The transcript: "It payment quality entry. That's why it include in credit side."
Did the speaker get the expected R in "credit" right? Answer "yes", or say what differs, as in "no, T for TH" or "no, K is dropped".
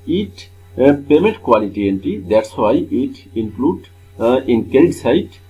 no, R is dropped